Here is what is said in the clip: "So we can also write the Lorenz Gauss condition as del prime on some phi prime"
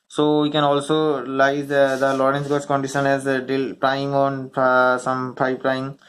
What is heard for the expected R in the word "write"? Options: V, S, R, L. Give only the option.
L